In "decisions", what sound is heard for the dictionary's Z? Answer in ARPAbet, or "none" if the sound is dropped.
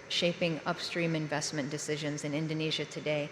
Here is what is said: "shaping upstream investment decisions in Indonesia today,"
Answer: Z